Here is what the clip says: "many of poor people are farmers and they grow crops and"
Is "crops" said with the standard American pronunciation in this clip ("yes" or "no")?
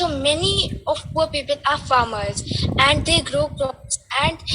no